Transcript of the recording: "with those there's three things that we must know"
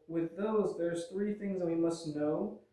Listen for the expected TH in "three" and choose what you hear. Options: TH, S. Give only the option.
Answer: TH